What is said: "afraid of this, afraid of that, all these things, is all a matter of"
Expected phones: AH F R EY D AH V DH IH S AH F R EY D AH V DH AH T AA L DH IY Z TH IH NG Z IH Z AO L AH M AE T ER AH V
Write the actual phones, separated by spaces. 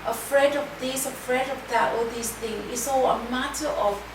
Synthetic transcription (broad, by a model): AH F R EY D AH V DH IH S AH F R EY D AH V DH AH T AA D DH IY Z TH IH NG IH S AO AH M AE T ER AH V